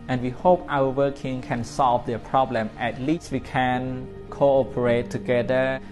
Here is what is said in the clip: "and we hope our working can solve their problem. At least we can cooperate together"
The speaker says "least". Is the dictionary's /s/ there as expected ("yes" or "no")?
yes